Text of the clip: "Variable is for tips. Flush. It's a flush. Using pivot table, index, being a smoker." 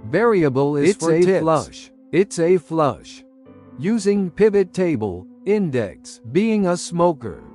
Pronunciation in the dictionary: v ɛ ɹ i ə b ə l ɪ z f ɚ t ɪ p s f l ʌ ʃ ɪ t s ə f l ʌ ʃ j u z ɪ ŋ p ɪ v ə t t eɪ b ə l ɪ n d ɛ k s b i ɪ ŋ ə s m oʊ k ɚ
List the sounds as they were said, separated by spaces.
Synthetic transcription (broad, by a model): v ɛ ɹ i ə b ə l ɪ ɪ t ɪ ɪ l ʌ ʃ ɪ t s ə f l ʌ ʃ j u z ɪ ŋ p ɪ v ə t t eɪ b ə l ɪ n d ɛ k s b i ɪ ŋ ə s m oʊ k ɚ